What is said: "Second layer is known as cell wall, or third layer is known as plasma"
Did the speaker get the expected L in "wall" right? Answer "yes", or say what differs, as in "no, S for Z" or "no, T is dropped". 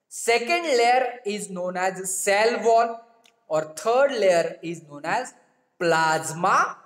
no, N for L